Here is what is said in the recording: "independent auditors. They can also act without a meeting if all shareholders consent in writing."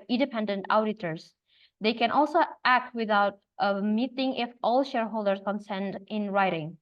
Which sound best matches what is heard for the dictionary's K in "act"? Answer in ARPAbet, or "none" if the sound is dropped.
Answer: K